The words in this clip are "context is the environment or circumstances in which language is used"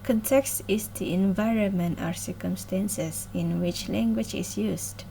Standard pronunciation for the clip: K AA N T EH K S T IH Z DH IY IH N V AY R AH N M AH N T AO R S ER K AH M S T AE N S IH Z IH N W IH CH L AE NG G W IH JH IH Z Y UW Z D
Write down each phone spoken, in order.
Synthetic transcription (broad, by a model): K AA N T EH K S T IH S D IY IH N V AY R AH N M AH N T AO R S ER K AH M S T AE N S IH S IH N W IH CH L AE NG G W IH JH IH S Y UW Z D